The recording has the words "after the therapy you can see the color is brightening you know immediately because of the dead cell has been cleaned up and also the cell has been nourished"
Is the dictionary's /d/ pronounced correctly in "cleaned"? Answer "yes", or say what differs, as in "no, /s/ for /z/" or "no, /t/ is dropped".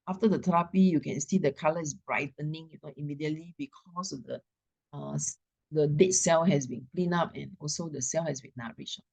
no, /d/ is dropped